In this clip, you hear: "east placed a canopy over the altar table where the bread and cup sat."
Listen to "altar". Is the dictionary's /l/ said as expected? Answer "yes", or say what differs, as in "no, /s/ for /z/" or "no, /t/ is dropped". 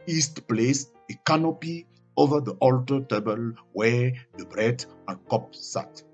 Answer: yes